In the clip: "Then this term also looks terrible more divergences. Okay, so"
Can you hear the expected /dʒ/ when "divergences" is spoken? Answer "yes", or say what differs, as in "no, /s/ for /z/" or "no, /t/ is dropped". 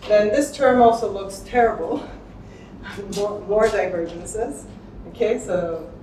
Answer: yes